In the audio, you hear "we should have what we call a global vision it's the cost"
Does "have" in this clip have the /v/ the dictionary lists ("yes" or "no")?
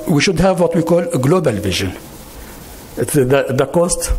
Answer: yes